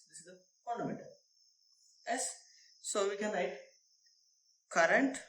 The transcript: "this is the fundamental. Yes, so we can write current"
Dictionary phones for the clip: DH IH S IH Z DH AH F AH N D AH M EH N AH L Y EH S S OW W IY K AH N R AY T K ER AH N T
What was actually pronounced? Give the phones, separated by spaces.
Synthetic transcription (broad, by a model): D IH S IH Z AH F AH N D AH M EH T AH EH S S OW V IY K AH N L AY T K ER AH N T